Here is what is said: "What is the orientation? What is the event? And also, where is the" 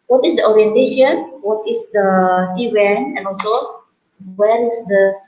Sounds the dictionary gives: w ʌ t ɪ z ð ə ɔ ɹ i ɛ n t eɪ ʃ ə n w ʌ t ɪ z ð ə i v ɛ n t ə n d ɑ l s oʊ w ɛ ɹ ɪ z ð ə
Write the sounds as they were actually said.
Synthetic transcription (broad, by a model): w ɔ t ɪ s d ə ɔ ɹ i ɛ n t eɪ ʃ ə n w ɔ t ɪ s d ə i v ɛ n ə n ɑ l s oʊ w ɛ ɹ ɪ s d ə